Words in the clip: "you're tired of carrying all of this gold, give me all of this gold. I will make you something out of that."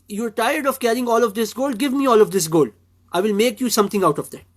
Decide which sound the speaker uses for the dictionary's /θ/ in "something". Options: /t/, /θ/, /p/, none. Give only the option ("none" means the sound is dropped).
/t/